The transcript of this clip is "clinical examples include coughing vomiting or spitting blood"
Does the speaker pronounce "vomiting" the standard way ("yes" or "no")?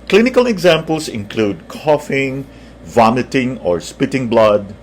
yes